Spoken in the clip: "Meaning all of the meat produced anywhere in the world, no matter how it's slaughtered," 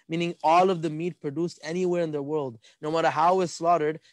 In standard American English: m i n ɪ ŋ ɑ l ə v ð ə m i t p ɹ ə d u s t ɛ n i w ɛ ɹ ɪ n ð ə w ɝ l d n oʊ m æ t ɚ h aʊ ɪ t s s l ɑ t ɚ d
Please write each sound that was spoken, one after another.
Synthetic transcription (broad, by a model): m i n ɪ ŋ ɑ l ə v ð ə m i t p ɹ ə d u s t ɛ n i w ɛ ɹ ɪ n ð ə w ɝ l d n oʊ m æ t ɚ h aʊ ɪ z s s l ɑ t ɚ d